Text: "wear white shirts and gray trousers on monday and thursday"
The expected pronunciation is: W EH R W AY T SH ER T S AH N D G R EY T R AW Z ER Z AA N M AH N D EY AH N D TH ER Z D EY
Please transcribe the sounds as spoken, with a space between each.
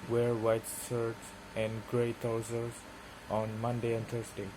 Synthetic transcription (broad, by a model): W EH R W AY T S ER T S AH N D G R EY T AW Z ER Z AA N M AH N D EY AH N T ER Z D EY